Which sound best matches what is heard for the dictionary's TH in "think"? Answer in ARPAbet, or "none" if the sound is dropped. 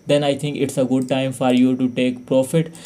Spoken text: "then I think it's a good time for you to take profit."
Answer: T